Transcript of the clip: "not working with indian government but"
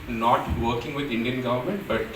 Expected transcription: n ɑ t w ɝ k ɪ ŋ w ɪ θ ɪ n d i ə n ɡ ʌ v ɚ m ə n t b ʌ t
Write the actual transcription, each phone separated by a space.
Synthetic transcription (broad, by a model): n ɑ t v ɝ k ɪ ŋ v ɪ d ɪ n d i ə n ɡ ʌ v ɚ m ə n t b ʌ t